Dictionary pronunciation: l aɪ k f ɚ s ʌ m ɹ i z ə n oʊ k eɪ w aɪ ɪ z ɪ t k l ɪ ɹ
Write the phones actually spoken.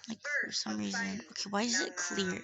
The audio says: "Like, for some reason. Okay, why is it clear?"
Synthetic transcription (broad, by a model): l aɪ k f ɚ s ʌ m ɹ i z ə n oʊ k eɪ w aɪ ɪ z ɪ t k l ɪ ɹ